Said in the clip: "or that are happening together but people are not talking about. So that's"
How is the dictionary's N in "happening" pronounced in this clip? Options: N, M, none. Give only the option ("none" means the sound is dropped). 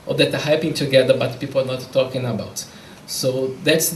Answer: none